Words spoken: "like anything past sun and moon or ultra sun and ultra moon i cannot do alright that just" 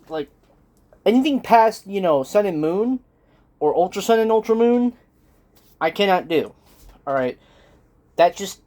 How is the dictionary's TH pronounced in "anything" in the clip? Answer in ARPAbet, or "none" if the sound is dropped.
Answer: TH